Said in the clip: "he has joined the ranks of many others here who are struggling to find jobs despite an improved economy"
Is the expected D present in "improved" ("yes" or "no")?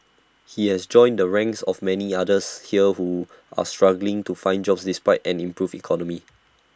no